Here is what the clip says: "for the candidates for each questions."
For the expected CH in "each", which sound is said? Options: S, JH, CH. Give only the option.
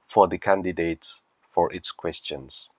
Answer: S